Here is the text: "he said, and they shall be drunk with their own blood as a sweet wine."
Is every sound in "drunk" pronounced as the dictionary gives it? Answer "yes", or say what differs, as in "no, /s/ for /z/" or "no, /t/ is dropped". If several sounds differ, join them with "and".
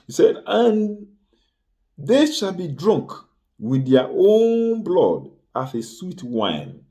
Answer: yes